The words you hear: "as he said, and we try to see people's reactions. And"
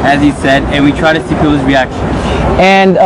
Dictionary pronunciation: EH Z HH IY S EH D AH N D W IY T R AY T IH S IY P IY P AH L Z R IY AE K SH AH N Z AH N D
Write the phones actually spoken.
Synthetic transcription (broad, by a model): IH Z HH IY S EH D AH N W IY T R AY T IH S IY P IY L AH Z R IY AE K SH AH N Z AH N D